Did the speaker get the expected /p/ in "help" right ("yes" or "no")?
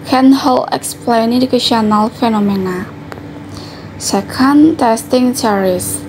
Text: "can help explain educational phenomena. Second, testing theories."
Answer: no